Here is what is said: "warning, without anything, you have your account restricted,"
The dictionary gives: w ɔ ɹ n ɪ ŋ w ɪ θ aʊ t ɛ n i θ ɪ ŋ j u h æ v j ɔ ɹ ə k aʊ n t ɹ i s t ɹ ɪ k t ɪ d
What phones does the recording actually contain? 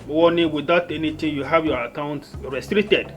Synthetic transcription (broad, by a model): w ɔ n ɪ w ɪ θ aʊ t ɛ n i t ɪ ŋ j u h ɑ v j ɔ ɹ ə k aʊ n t ɹ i s t ɹ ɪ k t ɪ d